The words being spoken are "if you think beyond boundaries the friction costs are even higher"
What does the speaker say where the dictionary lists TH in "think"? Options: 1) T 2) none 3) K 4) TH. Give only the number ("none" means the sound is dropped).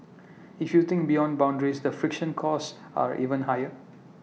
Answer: 1